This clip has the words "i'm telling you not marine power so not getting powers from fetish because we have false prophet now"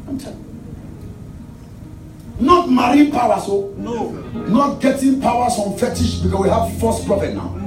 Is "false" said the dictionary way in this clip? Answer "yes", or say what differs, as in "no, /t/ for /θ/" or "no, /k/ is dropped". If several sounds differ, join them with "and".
no, /l/ is dropped